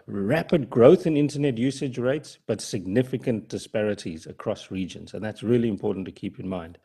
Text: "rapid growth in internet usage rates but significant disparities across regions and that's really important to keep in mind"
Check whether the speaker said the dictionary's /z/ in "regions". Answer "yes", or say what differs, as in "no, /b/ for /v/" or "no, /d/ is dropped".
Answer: yes